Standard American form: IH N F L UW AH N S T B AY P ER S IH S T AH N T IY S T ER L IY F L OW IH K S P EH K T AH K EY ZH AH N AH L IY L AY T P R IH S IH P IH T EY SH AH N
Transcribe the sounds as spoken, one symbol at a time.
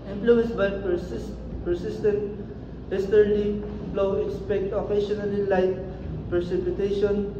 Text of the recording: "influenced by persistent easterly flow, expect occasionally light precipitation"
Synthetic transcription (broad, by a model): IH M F L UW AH N S B AY P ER S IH S T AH N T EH S T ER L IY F L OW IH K S P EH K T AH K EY SH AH N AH L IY L AY T P R S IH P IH T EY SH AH N